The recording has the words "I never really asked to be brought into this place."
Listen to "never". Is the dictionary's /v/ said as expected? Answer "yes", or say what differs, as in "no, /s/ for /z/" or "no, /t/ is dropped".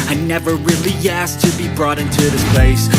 yes